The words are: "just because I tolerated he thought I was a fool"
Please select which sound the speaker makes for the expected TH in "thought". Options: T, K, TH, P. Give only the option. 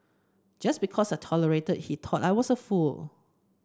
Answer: T